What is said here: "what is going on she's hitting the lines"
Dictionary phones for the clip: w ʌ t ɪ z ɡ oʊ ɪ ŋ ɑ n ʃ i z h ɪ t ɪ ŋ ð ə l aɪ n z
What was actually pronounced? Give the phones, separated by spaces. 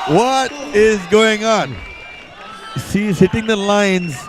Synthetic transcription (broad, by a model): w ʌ t ɪ z ɡ oʊ ɪ ŋ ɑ n s i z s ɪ t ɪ ŋ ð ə l aɪ n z